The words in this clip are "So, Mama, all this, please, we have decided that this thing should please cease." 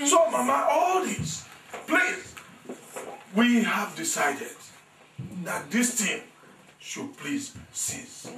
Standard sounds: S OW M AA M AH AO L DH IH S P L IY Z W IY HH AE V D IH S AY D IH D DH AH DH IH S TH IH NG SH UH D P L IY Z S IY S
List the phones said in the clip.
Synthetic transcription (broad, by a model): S OW M AA M AH AO L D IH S P L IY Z W IY HH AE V D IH S AY D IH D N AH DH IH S T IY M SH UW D P L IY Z S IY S